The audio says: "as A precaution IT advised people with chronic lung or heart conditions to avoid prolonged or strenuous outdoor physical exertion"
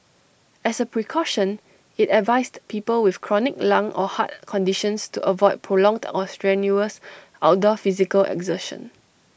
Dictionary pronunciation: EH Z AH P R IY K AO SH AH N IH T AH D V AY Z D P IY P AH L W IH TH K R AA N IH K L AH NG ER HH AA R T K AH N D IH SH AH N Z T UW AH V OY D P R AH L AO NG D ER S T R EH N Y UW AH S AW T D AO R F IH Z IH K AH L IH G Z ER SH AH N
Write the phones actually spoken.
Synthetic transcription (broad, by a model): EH S AH P R IY K AO SH AH N IH T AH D V AY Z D P IY P AH L W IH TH K R AA N IH K L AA NG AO HH AA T K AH N D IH SH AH N S T UW AH V OY D P R AH L AO NG D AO S T R EH N Y UW AH S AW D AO F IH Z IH K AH L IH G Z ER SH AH N